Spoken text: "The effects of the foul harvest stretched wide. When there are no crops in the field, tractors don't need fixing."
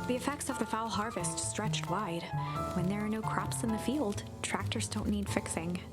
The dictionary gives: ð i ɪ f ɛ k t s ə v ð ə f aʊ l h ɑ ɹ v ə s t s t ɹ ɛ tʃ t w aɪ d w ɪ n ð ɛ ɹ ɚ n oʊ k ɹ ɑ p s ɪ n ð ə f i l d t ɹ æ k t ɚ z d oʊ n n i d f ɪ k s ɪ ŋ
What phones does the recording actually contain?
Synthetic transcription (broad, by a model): ð i ɪ f ɛ k t s ə v ð ə f aʊ l h ɑ ɹ v ə s t s t ɹ ɛ tʃ t w aɪ d w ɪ n ð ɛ ɹ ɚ n oʊ k ɹ ɑ p s ɪ n ð ə f i l d t ɹ æ k t ɚ z d oʊ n n i d f ɪ k s ɪ ŋ